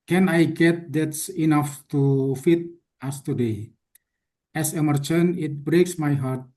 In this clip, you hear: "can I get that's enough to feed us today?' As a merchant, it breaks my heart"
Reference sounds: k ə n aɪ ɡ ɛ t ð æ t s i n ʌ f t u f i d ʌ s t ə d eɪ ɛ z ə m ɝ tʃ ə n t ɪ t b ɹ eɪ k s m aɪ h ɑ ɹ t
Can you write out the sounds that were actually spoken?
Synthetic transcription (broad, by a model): k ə n aɪ ɡ ɛ t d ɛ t s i n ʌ f t u f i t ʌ s t ə d eɪ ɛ s ə m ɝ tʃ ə n ɪ t b ɹ eɪ k s m aɪ h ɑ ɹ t